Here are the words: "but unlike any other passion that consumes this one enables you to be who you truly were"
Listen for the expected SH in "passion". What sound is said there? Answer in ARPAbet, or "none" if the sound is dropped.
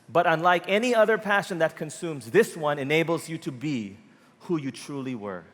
SH